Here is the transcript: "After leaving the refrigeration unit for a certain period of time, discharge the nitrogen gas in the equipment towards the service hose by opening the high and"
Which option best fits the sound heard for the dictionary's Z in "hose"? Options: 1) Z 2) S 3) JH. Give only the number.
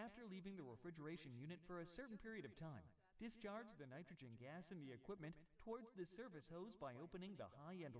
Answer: 1